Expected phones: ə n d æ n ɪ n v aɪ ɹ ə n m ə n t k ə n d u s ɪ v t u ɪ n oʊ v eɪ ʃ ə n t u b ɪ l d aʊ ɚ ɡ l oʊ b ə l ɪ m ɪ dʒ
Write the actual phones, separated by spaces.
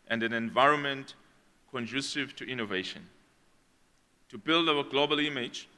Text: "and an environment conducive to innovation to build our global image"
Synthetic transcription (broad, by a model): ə n d æ n ɪ n v aɪ ɹ ə n m ə n t k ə n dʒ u s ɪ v t u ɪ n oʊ v eɪ ʃ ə n t u b ɪ l d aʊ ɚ ɡ l oʊ b ə l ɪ m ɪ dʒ